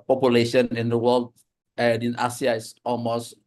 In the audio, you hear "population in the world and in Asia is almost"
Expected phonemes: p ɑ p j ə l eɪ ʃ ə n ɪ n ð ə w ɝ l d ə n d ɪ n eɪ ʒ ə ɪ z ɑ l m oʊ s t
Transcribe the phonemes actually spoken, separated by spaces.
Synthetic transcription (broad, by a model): p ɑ p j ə l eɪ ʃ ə n ɪ n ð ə w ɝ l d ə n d ɪ n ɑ s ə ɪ s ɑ l m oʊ s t